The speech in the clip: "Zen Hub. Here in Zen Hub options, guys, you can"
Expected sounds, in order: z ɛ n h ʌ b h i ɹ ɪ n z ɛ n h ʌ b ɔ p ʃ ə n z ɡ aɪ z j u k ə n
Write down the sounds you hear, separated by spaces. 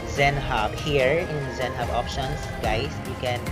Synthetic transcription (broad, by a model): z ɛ n h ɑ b h i ɹ ɪ n z ɛ n h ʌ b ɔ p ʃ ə n s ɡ aɪ s j u k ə n